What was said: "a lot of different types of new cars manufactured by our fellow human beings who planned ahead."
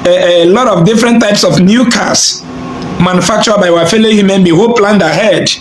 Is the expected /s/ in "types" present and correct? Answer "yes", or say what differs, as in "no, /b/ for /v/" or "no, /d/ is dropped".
yes